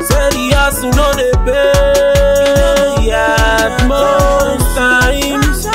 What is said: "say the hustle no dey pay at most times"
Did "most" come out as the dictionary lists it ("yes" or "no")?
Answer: no